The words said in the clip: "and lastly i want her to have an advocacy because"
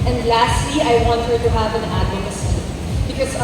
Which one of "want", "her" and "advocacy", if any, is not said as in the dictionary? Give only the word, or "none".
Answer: advocacy